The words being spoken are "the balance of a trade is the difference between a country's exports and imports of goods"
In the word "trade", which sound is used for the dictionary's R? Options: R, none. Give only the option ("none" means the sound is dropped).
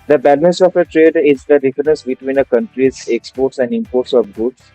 R